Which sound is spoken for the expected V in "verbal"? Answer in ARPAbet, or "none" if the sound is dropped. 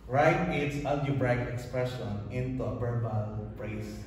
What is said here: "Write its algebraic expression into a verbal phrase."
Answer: B